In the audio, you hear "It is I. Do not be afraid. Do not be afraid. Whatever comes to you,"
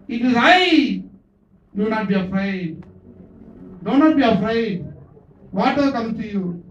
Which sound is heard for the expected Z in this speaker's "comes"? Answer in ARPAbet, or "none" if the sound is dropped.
none